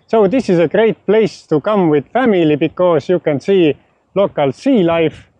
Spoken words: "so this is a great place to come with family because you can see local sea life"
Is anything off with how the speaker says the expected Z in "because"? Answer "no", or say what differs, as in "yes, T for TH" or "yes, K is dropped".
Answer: yes, S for Z